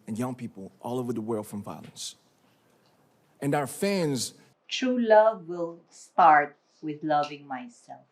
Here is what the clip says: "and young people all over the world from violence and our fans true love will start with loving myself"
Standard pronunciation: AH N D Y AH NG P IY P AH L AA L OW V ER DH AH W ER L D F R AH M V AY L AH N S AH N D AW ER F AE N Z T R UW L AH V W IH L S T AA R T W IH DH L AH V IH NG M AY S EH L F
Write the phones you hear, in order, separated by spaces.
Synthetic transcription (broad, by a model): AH N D Y AH NG P IY P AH L AA L OW V ER DH AH W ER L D F R AH M V AY L AH N S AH N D AW ER F AE N Z T R UW L AH V W IH L S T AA R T W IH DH L AH V IH NG M AY S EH L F